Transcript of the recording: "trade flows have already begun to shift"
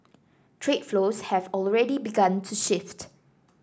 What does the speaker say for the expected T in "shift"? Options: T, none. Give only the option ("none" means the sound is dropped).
T